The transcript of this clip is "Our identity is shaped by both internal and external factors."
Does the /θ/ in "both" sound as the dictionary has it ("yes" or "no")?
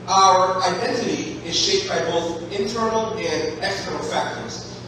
yes